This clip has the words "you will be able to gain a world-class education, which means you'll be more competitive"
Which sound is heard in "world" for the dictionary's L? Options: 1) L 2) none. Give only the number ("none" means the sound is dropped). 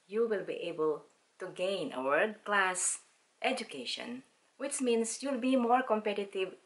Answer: 2